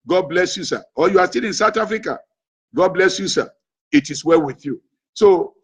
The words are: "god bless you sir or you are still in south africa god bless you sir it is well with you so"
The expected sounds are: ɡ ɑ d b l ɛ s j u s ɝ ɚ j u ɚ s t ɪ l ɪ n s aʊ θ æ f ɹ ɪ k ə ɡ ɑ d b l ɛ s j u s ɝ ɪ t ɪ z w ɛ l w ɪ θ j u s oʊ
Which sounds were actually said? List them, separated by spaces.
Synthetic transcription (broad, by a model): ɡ ɑ d b l ɛ s j u s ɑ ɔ j u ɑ s t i l ɪ n s aʊ t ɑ f ɹ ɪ k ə ɡ ɑ d b l ɛ s j u s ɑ ɪ t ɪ s w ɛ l w ɪ θ j u s oʊ